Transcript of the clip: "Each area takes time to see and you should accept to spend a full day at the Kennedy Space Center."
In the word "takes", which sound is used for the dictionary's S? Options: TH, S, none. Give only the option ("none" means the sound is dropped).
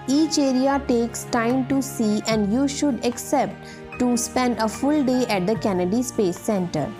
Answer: S